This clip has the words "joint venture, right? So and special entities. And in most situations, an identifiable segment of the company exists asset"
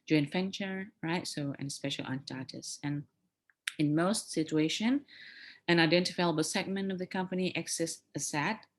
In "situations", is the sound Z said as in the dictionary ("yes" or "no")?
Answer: no